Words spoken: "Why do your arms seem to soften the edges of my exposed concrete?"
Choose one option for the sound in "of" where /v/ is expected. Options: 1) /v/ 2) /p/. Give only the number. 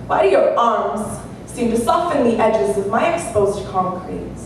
1